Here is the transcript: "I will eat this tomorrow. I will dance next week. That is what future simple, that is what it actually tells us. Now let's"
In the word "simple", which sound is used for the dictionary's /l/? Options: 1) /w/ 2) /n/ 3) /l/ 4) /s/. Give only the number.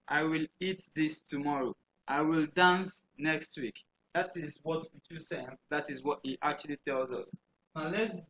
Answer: 2